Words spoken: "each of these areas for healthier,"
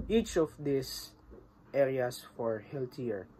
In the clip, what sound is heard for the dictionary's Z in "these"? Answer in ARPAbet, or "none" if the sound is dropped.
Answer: S